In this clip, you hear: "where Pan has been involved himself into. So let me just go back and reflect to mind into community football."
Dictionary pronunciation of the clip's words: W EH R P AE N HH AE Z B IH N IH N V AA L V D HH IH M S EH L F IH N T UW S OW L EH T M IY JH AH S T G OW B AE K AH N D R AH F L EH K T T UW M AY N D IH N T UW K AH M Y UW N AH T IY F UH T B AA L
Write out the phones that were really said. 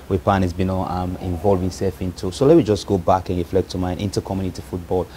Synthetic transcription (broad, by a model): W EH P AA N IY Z B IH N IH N V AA L V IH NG S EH L F IH N T UW S OW L EH T M IY JH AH S G OW B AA K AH N R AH F L EH K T T UW M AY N IH N T UW K AH M Y UW N AH T IY F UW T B AA L